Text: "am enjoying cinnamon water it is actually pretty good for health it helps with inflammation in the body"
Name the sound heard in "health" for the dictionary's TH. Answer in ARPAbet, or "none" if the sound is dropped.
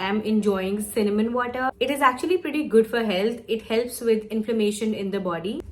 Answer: T